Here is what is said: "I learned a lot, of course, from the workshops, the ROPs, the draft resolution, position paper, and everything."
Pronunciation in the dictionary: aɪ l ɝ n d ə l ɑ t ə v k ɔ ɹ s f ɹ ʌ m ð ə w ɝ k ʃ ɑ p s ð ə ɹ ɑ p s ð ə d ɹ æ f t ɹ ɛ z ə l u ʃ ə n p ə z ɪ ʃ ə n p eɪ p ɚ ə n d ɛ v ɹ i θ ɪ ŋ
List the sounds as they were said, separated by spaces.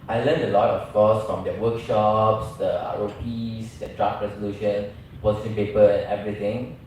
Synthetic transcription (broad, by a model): aɪ l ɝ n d ə l ɑ t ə f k ɔ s f ɹ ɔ m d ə w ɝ k ʃ ɑ p s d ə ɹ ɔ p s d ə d ɹ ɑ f ɹ ɛ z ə l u ʃ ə n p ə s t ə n p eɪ p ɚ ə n ɛ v ɹ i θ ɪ ŋ